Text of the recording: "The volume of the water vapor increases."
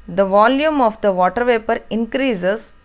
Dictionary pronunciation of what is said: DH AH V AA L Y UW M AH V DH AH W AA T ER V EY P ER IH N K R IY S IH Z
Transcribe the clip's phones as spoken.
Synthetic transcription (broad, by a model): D AH V AA L Y UW M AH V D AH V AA T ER V EY P ER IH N K R IY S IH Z